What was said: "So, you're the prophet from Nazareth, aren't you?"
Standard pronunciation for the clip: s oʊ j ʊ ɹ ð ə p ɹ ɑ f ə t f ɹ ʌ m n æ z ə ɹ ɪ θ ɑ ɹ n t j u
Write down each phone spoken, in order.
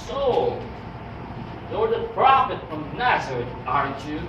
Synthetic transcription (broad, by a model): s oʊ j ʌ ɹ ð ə p ɹ ɑ f ə t f ɹ ʌ m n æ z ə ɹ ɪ t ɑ ɹ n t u